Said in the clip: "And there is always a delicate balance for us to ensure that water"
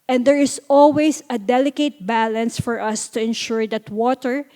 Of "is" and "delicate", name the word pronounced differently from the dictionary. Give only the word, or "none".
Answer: is